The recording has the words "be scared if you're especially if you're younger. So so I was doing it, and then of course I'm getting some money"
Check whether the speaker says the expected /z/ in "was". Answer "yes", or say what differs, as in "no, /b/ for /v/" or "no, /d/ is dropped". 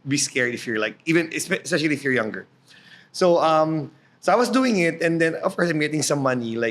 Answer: no, /s/ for /z/